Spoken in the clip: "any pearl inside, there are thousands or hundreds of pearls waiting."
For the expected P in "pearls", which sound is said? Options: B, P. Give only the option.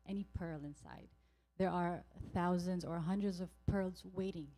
P